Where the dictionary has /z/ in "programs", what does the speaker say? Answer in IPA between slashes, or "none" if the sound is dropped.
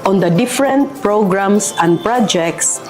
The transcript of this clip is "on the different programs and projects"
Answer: /s/